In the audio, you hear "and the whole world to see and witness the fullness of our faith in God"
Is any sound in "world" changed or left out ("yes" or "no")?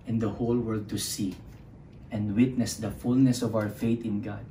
no